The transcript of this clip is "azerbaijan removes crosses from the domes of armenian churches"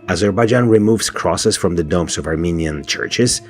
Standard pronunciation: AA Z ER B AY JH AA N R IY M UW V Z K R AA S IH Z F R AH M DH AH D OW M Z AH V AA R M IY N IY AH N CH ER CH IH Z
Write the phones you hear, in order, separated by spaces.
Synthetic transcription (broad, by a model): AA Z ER B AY JH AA N R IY M UW V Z K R AA S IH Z F R AH M DH AH D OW M S AH V AA R M IY N IY AH N CH ER CH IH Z